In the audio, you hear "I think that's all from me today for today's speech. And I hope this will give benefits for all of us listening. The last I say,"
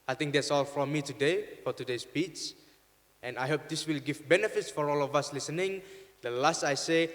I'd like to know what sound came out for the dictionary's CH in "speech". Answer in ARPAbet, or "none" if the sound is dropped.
S